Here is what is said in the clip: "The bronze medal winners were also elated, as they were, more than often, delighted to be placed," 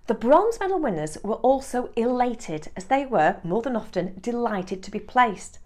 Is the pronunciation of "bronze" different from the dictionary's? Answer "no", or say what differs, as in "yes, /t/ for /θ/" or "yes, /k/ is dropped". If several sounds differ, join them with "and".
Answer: no